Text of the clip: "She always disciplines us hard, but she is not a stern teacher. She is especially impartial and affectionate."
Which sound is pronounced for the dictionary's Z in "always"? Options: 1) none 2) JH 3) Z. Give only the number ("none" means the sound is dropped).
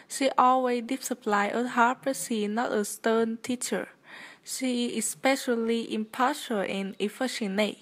1